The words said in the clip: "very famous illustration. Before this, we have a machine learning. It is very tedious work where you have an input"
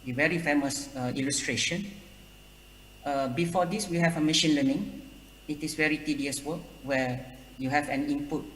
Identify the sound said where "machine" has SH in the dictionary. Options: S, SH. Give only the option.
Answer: SH